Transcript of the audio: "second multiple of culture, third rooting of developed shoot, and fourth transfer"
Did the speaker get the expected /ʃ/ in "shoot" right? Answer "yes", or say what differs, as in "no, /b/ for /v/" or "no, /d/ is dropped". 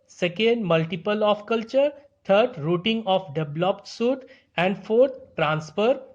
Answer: no, /s/ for /ʃ/